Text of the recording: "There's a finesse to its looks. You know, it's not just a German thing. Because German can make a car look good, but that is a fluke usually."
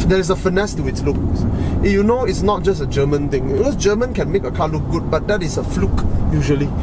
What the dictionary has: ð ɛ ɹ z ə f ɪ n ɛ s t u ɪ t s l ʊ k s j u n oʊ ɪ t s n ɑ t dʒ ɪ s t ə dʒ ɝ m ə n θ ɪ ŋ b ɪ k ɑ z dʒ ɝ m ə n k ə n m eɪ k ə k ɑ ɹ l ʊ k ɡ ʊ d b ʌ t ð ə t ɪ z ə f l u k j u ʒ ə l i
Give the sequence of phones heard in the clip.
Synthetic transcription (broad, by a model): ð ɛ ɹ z ə f ɪ n ɛ s t u ɪ t s l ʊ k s j u n oʊ ɪ t s n ɑ t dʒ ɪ s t ə dʒ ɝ m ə n t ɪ ŋ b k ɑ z dʒ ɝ m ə n k ə n m eɪ k ə k ɑ l ʊ k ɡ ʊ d b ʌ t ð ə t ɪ s ə f l u k j u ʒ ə l i